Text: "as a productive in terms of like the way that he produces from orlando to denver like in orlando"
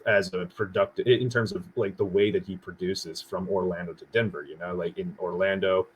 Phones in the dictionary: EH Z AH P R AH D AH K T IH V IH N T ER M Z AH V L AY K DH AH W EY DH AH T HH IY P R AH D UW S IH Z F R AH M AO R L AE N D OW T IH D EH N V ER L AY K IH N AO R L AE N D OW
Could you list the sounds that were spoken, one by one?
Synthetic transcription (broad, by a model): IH Z AH P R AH D AH K T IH IH N T ER M Z AH V L AY K DH AH W EY DH AH T HH IY P R AH D UW S IH Z F R AH M AO R L AE N D OW T IH D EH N B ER L AY K IH N AO R L AE N D OW